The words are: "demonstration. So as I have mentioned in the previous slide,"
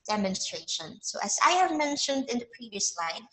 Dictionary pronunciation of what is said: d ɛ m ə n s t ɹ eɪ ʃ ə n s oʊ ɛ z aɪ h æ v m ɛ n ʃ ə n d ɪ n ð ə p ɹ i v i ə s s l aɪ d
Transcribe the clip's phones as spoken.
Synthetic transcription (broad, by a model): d ɛ m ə n s t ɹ eɪ ʃ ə n s oʊ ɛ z aɪ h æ v m ɛ n ʃ ə n d ɪ n ð ə p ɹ i v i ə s s l aɪ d